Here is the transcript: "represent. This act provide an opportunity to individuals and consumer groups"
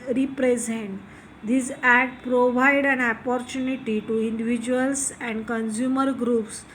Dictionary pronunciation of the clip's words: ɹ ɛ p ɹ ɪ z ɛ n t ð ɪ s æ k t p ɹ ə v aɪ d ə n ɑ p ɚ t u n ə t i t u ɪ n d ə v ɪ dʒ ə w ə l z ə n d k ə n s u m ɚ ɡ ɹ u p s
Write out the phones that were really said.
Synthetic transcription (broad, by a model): ɹ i p ɹ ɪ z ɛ n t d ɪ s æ t p ɹ ə v aɪ d ə n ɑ p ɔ t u n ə t i t u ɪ n d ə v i dʒ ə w ə l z ə n d k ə n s u m ɚ ɡ ɹ u p s